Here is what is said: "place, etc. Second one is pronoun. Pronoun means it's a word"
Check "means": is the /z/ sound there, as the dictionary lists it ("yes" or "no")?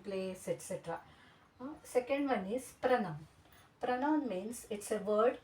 no